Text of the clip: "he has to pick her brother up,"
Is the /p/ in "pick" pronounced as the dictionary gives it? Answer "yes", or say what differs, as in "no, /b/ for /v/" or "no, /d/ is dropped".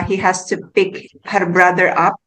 yes